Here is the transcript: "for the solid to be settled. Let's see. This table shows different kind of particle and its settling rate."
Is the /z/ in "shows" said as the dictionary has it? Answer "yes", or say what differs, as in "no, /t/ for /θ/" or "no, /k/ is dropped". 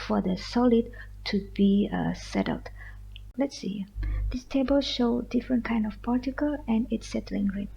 no, /z/ is dropped